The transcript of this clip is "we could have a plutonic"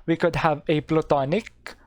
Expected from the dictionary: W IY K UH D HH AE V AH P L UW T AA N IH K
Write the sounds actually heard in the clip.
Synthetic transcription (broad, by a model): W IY K UH D HH AE V AH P L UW T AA N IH K